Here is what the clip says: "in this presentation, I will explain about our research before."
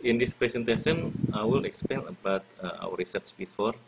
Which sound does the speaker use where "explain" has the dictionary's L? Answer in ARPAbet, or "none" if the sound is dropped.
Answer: none